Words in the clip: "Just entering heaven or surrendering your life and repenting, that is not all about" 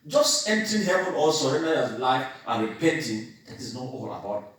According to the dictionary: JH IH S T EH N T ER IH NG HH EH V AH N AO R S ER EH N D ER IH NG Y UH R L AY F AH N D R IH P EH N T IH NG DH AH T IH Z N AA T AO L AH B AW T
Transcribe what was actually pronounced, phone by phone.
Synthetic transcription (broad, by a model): JH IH S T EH N T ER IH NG HH EH V AH N AO L S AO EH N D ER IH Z L AY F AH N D R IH P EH N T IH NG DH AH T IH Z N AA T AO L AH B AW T